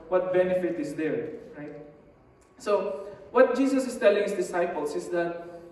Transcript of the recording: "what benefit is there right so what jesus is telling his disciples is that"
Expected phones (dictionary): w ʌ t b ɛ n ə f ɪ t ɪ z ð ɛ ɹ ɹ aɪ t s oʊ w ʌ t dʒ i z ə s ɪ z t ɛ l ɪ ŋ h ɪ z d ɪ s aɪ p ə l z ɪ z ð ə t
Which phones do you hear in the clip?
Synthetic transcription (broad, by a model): w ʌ t b ɛ n ə f ɪ t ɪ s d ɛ ɹ ɹ aɪ t s oʊ w ʌ t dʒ i s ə s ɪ s t ɛ l ɪ ŋ h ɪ s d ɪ s aɪ p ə l s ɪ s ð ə t